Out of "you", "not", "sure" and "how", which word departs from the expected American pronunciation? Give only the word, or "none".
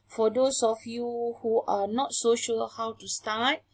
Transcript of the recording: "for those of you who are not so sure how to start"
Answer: sure